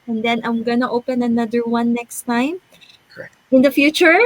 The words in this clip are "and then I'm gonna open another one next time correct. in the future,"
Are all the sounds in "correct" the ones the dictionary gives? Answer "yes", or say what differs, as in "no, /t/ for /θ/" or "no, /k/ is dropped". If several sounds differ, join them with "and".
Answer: no, /t/ is dropped